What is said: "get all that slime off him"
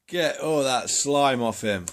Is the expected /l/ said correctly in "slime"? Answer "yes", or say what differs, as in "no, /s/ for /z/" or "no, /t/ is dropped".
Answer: yes